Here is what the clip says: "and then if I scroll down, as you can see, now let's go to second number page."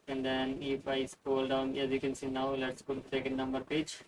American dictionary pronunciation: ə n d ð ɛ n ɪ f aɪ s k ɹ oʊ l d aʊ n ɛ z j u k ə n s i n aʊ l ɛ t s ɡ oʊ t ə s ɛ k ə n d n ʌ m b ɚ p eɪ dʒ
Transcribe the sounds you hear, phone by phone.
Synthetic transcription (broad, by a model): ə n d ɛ n ɪ f aɪ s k oʊ l d aʊ n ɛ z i k ə n s i n aʊ l ɛ t s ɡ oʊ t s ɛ k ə n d n ʌ m b ɚ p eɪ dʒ